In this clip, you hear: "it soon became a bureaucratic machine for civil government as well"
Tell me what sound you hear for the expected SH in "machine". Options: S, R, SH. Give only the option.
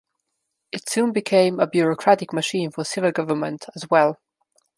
SH